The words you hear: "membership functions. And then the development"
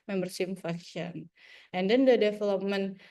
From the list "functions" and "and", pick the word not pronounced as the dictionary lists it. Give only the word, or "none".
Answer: functions